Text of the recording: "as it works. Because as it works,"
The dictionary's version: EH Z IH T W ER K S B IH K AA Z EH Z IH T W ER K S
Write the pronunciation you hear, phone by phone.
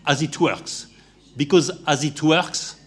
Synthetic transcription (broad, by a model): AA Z IH T W ER K S B IH K AA Z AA Z IH T W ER K S